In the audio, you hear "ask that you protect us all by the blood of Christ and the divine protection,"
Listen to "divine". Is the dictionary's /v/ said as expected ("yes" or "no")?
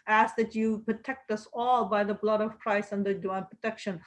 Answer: no